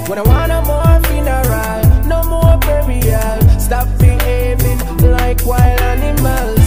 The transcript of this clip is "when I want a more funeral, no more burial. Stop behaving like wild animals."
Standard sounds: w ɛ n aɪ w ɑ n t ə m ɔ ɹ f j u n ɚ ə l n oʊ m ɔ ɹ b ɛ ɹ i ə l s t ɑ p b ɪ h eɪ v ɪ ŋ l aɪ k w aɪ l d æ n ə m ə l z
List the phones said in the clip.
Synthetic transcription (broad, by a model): w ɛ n aɪ w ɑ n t ə m ɔ ɹ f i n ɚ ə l n oʊ m ɔ ɹ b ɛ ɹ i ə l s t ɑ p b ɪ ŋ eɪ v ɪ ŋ l aɪ k w aɪ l æ n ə m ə l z